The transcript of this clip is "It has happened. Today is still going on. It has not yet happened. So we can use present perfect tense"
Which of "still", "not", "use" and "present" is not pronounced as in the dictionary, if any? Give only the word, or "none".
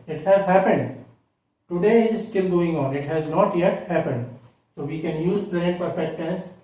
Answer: present